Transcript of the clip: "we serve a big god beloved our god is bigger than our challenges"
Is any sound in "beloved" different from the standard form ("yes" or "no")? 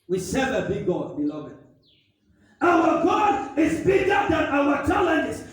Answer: yes